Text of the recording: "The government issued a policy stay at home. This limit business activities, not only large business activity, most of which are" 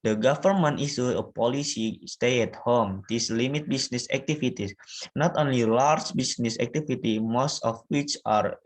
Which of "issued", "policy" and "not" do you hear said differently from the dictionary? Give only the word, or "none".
issued